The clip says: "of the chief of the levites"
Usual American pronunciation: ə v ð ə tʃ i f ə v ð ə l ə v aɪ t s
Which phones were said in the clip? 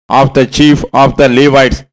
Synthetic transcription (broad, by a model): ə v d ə tʃ i f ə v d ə l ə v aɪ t s